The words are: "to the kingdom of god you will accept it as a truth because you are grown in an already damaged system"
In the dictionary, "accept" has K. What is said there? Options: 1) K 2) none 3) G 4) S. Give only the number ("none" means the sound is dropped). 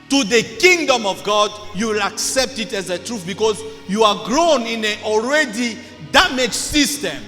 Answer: 1